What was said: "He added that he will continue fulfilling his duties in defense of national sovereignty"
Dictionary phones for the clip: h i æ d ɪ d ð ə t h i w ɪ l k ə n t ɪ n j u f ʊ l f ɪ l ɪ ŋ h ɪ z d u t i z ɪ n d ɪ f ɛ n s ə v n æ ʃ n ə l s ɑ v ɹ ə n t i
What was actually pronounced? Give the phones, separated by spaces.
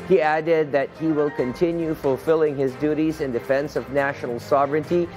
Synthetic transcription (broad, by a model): h i æ d ɪ d ð ə t h i w ɪ l k ə n t ɪ n j u f ʊ l f ɪ l ɪ ŋ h ɪ z d u t i z ɪ n d ɪ f ɛ n s ə v n æ ʃ n l s ɑ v ɹ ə n t i